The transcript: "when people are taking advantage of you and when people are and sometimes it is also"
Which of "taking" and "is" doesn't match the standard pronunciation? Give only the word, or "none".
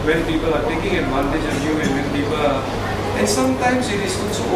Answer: is